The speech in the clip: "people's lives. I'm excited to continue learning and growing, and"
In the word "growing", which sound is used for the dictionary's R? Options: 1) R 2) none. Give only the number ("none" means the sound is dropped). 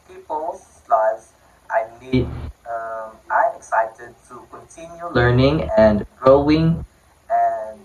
1